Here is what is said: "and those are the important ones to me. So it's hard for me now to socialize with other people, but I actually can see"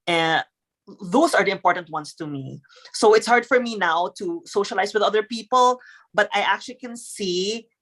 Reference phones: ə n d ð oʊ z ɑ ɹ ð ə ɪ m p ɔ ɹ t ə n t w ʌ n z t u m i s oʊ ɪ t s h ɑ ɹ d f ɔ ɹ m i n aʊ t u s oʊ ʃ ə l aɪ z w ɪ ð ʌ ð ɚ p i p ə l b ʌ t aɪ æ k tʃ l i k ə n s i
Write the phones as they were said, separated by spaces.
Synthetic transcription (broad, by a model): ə n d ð oʊ s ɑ ɹ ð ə ɪ m p ɔ ɹ t ə n t w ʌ n s t u m i s oʊ ɪ t s h ɑ ɹ d f ɔ ɹ m i n aʊ t u s oʊ ʃ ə l aɪ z w ɪ ð ʌ ð ɚ p i p ə l b ʌ t aɪ æ k tʃ l i k ə n s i